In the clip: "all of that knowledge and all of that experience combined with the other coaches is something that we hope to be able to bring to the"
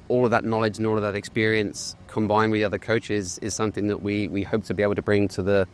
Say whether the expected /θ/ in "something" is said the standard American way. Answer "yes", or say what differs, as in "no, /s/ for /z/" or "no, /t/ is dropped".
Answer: yes